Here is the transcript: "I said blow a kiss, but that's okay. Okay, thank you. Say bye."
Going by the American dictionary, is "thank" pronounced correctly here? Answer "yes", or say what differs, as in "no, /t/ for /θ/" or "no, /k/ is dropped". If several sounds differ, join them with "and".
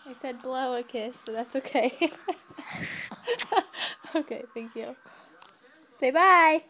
yes